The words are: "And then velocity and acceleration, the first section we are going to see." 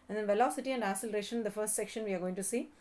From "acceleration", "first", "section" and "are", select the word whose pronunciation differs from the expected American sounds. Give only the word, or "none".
acceleration